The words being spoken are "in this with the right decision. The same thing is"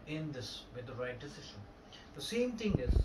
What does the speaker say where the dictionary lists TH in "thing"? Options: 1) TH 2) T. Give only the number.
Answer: 2